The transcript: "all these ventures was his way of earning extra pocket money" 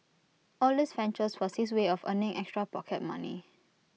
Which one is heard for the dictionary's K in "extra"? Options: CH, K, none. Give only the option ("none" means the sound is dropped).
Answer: K